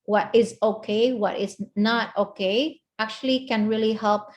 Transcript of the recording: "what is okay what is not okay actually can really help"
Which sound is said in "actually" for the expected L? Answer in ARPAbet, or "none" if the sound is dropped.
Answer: L